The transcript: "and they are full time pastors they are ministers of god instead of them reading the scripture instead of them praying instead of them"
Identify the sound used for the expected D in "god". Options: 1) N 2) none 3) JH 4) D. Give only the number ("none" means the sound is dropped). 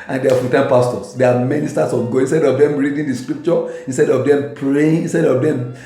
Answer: 2